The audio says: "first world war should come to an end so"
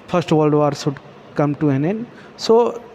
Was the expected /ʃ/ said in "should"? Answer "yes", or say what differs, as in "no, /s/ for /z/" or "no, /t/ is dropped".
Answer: no, /s/ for /ʃ/